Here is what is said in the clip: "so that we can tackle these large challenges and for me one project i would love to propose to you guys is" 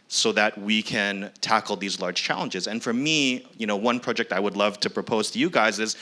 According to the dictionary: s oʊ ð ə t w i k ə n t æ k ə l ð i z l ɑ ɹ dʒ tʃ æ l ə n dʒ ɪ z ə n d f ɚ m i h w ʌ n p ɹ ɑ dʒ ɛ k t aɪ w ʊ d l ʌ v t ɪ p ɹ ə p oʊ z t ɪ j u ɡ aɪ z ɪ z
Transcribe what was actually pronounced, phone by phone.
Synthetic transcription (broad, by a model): s oʊ ð ə t w i k ə n t æ k l ð i z l ɑ ɹ dʒ tʃ æ l ə n dʒ ɪ z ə n f ɚ m i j w ʌ n p ɹ ɑ dʒ ɛ k t aɪ w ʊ d l ʌ v t ɪ p ɹ ə p oʊ z t ɪ j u ɡ aɪ z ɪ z